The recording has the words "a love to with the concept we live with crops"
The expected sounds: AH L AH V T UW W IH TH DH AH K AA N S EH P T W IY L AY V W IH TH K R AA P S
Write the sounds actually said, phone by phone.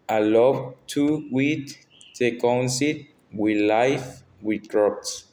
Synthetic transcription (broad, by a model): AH L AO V T UW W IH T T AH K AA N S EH T W IY L AY F W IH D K R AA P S